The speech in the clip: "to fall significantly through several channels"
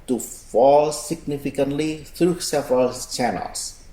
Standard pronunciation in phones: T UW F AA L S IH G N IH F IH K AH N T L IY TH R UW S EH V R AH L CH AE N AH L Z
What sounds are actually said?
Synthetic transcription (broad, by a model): T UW F AA L S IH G N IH F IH K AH N T L IY T R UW S EH V R AH L CH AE N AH L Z